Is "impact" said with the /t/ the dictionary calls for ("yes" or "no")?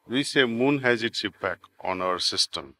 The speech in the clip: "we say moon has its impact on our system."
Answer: no